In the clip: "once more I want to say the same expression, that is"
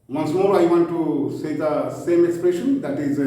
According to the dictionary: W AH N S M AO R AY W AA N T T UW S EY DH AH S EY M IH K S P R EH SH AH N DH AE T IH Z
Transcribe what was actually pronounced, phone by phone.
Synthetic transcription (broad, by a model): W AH N S M AO R AY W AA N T T UW S EY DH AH S EY M IH K S P R EH SH AH N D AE T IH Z